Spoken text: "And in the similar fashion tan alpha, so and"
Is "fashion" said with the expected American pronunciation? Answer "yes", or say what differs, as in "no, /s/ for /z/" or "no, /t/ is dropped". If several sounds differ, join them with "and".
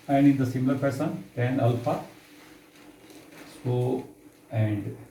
no, /p/ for /f/ and /s/ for /ʃ/